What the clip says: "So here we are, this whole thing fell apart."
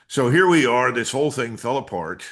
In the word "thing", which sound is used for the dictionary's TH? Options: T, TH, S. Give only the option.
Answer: TH